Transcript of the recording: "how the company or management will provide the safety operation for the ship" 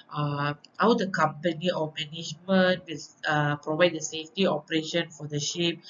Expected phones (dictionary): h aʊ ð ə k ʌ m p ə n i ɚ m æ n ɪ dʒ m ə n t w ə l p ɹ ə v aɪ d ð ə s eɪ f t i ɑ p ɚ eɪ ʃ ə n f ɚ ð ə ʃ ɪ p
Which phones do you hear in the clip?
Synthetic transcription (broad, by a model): h aʊ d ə k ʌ m p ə n i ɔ m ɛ n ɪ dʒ m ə n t w ə l p ɹ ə v aɪ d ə s eɪ f t i ɑ p ɚ eɪ ʃ ə n f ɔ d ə ʃ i p